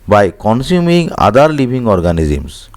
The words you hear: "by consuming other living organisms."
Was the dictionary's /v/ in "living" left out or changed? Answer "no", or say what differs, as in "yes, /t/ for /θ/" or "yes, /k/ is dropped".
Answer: yes, /b/ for /v/